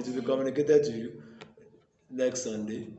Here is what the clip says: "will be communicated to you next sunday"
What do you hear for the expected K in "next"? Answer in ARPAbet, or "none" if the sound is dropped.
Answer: K